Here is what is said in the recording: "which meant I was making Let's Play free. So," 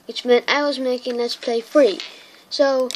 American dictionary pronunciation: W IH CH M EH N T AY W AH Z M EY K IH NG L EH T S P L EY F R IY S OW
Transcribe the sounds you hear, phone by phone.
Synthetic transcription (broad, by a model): W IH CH M EH N T AY W AH Z M EY K IH NG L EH T S P L EY F R IY S OW